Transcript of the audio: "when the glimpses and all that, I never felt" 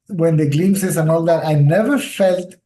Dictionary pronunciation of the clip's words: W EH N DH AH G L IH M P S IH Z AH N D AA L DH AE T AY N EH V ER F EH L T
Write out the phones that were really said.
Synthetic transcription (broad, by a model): W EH N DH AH G L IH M S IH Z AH N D AA L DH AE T AY N EH V ER F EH L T